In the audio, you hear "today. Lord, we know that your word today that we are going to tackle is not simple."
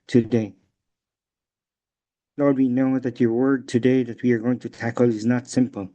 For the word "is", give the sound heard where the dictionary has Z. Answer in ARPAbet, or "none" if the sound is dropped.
Z